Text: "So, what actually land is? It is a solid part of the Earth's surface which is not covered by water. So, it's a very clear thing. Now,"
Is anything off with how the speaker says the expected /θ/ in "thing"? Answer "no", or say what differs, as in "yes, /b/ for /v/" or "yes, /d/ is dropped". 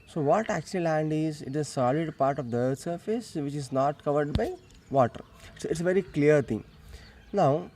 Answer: yes, /t/ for /θ/